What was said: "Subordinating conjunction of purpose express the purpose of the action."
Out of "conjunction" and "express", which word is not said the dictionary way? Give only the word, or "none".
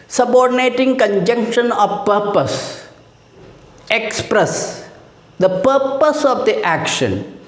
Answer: none